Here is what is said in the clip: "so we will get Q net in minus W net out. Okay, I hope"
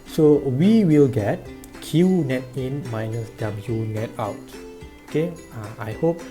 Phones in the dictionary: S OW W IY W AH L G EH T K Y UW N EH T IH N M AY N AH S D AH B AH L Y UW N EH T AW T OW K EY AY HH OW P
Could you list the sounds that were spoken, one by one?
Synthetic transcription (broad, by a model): S OW W IY W AH L G EH T K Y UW N EH T IH N M AY N AH S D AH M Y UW N EH T AW T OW K EY AY HH OW P